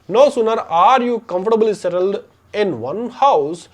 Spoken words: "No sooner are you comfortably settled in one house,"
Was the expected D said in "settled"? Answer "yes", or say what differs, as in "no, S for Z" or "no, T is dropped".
yes